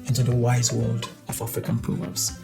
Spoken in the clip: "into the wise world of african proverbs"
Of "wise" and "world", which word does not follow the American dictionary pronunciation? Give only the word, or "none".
none